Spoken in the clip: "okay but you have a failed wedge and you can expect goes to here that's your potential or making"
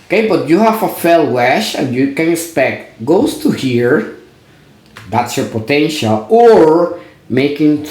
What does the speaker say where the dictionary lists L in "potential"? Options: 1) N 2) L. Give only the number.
2